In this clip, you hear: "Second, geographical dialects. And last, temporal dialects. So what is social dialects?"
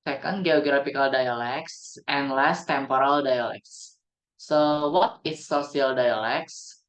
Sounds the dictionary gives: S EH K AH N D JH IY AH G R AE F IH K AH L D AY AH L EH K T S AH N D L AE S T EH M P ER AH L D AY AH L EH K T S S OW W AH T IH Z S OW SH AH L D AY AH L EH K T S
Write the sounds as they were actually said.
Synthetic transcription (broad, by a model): S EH K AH N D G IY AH G R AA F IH K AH L D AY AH L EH K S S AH N L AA S T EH M P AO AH L D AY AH L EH K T S S OW W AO T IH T S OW S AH L D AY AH L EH K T S